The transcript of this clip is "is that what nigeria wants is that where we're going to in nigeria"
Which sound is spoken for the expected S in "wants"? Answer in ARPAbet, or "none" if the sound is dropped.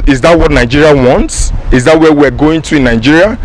S